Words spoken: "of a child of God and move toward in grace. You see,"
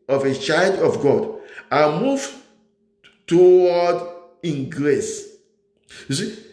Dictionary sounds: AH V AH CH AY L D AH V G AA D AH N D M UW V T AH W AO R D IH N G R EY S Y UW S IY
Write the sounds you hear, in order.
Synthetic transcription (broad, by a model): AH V AH CH AY L D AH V G AA D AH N M UW V T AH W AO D IH N G R EY S Y UW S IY